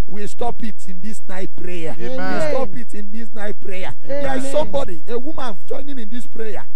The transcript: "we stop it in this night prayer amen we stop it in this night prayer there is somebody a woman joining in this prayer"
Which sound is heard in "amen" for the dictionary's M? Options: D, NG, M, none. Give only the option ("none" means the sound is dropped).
none